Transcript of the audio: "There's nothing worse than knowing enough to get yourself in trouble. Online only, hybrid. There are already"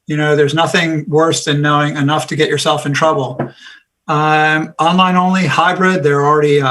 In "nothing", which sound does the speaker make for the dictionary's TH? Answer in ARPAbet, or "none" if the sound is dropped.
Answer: TH